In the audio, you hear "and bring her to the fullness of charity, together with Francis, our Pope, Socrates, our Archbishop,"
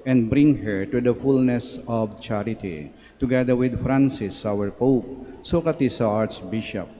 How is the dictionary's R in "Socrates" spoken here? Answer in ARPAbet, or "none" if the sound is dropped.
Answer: none